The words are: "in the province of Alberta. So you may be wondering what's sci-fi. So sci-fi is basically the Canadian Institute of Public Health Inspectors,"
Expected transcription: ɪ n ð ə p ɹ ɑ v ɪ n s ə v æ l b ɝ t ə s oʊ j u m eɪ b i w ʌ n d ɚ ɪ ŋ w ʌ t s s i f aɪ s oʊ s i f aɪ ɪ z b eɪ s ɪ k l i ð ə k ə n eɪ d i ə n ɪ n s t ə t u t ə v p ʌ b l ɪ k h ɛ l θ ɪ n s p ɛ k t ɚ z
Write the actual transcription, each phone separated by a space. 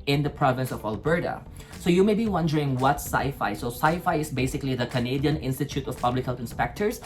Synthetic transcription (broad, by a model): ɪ n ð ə p ɹ ɑ v ɪ n s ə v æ l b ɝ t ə s oʊ j u m eɪ b i w ʌ n d ɚ ɪ ŋ w ʌ t s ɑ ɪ f aɪ s oʊ s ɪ f aɪ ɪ s b eɪ s ɪ k l i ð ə k ə n eɪ d i ə n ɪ n s t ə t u t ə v p ʌ b l ɪ k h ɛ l t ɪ n s p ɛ k t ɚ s